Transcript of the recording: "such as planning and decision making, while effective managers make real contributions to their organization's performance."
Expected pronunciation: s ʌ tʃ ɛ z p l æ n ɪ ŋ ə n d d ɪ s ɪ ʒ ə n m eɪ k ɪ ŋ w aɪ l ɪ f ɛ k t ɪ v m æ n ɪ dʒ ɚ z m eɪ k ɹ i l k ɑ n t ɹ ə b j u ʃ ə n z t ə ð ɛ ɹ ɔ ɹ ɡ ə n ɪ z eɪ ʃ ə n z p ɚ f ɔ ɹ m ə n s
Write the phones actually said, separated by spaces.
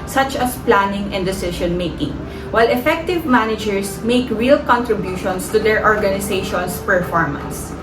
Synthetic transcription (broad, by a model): s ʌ tʃ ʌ s p l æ n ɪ ŋ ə n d d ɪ s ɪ ʃ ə n m eɪ k ɪ ŋ w aɪ l ɪ f ɛ k t ɪ v m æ n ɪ dʒ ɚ s m eɪ k ɹ i l k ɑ n t ɹ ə b j u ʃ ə n s t ə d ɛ ɹ ɔ ɹ ɡ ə n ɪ s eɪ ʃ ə n s p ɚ f ɔ ɹ m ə n s